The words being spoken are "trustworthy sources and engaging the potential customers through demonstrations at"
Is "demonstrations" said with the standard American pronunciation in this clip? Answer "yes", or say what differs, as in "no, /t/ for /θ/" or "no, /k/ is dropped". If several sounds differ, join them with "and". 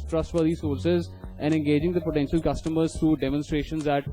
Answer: yes